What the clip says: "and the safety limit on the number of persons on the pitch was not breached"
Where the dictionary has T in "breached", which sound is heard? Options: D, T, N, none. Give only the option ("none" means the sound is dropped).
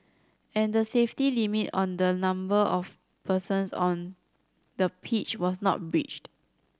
T